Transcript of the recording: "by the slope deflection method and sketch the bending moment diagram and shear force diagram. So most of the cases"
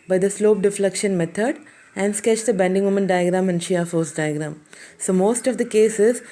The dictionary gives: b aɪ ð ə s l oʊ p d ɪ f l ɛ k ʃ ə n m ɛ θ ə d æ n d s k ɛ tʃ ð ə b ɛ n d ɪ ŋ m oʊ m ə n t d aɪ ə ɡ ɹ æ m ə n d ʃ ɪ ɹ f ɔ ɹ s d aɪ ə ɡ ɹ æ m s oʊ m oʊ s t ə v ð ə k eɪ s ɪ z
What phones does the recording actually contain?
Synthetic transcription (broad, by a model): b aɪ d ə s l oʊ p d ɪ f l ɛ k ʃ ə n m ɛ t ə d æ n d s k ɛ tʃ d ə b ɛ n d ɪ ŋ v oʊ m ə n d aɪ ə ɡ ɹ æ m ə n d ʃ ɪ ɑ f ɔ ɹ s d aɪ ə ɡ ɹ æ m s oʊ m oʊ s t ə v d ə k eɪ s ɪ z